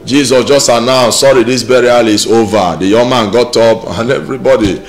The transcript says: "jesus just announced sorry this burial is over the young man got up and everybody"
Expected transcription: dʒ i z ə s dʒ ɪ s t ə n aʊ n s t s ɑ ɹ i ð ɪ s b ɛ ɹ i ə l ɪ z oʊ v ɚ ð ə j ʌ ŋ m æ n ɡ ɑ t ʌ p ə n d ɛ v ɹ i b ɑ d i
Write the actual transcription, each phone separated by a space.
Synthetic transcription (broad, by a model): dʒ i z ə s dʒ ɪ s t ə n aʊ s s ɑ ɹ i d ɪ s b ɛ ɹ i ə l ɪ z oʊ v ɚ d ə j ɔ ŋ m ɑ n ɡ ɑ t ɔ p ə n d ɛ v ɹ i b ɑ d i